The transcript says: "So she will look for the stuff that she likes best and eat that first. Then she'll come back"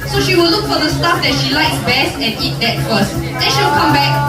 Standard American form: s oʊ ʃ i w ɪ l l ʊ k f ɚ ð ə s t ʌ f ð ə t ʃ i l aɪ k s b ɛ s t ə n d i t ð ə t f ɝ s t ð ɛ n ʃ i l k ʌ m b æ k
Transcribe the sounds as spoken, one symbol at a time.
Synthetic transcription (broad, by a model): s oʊ ʃ i w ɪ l l ʊ k f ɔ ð ə s t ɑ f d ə t ʃ i l aɪ k s b ɛ s t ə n i t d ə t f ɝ s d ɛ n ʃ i w k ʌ m b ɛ k